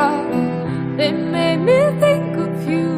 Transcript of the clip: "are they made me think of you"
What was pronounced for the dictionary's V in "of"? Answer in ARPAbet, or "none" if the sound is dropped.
F